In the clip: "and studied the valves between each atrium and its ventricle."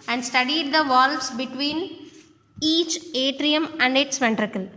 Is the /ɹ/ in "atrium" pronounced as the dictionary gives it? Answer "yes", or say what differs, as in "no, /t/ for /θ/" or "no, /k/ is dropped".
yes